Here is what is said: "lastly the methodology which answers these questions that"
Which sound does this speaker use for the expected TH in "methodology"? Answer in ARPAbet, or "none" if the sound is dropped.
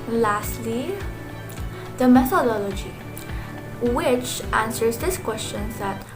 T